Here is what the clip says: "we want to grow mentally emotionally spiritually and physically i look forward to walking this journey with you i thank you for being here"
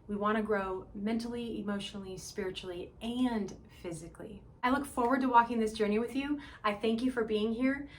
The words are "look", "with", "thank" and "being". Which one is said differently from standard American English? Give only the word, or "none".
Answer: none